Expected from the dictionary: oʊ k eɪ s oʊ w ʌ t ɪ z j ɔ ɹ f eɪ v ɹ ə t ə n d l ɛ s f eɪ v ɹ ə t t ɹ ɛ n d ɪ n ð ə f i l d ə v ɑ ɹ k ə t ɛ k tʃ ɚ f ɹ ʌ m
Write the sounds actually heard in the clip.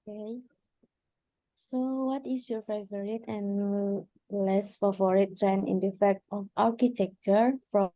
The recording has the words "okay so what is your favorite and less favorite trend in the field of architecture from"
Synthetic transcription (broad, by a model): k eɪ s oʊ w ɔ t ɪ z j ɔ ɹ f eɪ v ɹ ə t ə n l ɛ s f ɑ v ɹ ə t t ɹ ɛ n ɪ n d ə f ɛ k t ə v ɑ ɹ k ə t ɛ k tʃ ɚ f ɹ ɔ